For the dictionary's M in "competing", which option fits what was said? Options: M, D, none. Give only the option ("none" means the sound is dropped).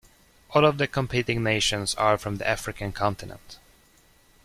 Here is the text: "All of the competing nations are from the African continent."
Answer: M